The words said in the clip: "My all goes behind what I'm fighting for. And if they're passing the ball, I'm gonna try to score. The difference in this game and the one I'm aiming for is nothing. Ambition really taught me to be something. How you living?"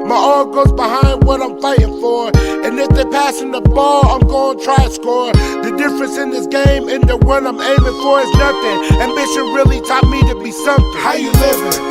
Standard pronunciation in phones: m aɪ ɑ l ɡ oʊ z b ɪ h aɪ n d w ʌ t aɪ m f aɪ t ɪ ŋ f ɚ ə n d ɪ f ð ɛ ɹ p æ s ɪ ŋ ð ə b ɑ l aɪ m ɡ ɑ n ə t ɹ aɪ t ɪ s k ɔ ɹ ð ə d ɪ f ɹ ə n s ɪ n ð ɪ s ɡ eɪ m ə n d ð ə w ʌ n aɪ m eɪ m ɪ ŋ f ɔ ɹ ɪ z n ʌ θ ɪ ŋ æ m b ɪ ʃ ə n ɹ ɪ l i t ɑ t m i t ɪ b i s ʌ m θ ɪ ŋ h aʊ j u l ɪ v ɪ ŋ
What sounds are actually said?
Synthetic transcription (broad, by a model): m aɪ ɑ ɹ ɡ oʊ z b ɪ h aɪ n d w ʌ t aɪ m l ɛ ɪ ɪ ŋ f ɚ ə n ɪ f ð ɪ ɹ p æ s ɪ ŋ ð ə b ɑ l aɪ m ɡ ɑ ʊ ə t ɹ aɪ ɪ s k ɔ ɹ ð ə d ɪ f ɹ ə n s ɪ n ð ɪ s ɡ eɪ m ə n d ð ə w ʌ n aɪ m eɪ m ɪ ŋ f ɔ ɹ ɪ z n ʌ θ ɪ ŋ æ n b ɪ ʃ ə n ɹ ɪ l i t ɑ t m i t ɪ b i s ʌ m h aʊ j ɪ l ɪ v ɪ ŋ